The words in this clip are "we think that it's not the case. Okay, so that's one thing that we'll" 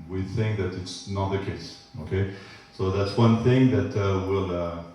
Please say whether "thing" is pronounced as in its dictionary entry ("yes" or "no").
yes